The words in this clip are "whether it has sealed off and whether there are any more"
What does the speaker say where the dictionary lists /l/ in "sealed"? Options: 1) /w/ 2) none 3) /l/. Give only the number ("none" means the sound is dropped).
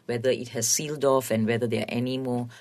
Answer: 3